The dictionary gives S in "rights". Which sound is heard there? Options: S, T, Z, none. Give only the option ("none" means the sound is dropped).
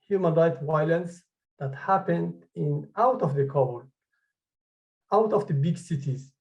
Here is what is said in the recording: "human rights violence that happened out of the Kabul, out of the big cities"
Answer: none